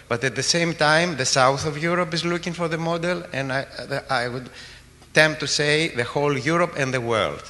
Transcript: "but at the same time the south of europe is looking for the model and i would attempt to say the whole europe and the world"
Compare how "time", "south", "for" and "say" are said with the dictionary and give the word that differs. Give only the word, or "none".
none